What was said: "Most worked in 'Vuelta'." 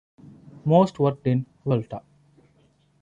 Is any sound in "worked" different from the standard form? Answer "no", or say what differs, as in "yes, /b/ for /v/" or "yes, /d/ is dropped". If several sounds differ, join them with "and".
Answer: yes, /k/ is dropped